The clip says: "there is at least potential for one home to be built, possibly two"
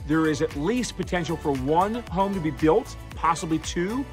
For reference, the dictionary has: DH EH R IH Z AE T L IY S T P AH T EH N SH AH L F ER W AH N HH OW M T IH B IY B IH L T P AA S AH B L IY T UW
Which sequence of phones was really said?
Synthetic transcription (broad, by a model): DH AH R IH Z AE T L IY S T P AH T EH N SH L F ER W AH N HH OW M T IH B IY B IH L T P AA S AH B L IY T UW